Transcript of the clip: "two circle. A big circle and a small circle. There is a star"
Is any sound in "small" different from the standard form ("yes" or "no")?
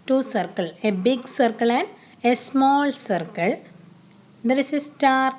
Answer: no